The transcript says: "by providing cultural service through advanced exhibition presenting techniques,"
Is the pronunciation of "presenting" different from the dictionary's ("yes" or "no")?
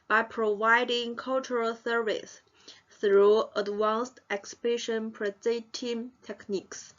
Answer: yes